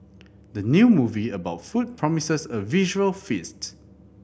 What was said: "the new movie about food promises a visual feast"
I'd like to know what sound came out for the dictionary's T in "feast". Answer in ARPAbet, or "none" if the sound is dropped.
T